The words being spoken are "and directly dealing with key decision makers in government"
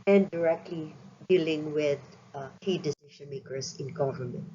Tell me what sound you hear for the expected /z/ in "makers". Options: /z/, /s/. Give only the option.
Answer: /s/